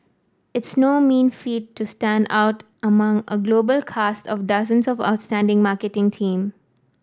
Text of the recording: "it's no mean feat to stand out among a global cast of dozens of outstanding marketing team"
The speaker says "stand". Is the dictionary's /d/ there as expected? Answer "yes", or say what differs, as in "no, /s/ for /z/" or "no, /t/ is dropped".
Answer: yes